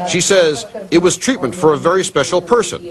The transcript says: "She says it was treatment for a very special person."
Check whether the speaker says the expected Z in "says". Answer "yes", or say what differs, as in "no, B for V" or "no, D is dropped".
yes